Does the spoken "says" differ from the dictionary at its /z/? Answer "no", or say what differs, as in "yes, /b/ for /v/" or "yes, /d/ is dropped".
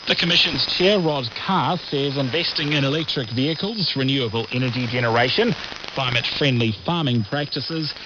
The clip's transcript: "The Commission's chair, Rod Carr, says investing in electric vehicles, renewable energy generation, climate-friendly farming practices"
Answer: no